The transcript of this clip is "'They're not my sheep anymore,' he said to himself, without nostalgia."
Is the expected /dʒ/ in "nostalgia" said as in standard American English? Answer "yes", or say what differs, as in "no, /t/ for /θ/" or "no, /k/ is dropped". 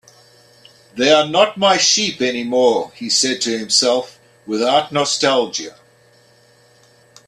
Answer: yes